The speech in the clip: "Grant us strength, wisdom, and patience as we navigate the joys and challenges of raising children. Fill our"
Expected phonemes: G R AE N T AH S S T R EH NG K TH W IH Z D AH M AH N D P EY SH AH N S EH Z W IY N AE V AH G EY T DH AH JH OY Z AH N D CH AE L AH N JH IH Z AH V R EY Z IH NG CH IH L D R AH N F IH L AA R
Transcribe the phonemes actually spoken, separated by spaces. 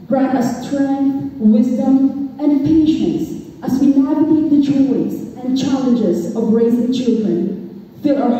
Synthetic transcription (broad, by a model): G R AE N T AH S S T R EH NG K TH W IH Z D AH M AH N P EY SH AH N S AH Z W IY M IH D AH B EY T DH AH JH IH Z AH N CH AE L AH N JH IH Z AH V R EY Z IH NG CH IH L D R AH N F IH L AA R